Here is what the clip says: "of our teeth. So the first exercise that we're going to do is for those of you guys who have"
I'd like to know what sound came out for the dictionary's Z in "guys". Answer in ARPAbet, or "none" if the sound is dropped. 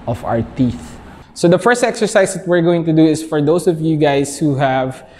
S